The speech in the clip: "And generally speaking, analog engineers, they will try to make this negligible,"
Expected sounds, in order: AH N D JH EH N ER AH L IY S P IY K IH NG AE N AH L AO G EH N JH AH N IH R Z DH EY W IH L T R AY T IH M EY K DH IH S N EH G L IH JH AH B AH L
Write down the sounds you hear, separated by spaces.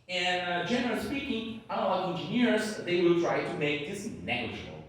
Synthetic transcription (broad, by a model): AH N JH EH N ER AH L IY S P IY K IH NG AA AH AO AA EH N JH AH N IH R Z DH EY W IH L T R AY T IH M EY K DH IH S N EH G L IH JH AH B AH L